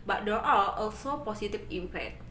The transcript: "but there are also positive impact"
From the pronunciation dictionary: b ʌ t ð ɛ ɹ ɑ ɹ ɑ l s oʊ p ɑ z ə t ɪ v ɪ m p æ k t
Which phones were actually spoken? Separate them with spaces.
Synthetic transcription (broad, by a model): b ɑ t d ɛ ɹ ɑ l ɑ l s oʊ p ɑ s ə t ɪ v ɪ m p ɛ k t